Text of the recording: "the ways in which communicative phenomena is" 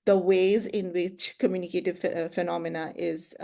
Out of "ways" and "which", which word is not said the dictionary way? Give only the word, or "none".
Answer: none